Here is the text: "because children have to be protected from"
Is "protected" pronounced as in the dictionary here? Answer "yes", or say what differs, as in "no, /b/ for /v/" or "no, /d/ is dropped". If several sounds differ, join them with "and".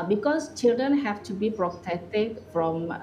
no, /k/ is dropped